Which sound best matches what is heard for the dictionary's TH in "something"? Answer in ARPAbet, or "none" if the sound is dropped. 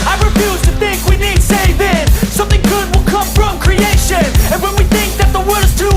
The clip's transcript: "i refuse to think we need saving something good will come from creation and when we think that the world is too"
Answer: TH